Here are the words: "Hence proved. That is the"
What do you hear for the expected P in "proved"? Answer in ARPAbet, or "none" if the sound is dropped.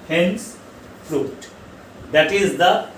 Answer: F